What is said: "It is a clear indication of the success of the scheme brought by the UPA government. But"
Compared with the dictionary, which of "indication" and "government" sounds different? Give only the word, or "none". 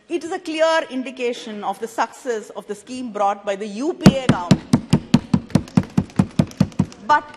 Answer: government